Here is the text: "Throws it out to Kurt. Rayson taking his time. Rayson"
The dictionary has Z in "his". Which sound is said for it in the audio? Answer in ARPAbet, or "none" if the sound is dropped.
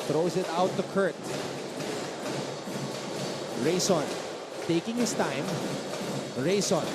S